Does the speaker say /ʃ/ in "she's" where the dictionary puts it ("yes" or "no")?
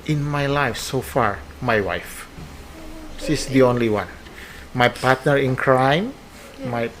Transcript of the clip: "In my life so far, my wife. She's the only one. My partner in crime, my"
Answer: no